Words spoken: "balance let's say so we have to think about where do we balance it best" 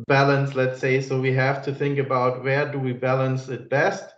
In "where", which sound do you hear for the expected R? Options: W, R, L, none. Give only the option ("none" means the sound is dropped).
R